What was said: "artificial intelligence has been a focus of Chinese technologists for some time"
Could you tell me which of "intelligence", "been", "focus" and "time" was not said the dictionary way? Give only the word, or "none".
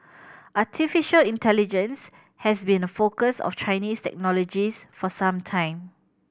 none